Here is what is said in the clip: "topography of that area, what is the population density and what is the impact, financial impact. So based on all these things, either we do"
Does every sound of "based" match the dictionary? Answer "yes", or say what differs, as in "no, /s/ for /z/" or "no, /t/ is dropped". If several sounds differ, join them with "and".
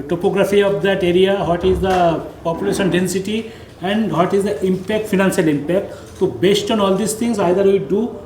yes